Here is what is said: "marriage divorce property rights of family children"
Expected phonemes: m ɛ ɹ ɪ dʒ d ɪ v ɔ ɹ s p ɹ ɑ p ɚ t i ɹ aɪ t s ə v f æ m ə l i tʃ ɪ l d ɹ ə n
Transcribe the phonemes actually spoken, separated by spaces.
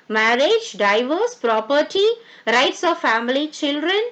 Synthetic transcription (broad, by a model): m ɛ ɹ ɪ dʒ d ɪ v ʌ ɹ s p ɹ ɑ p ɚ t i ɹ aɪ t s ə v f æ m ə l i tʃ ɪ l d ɹ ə n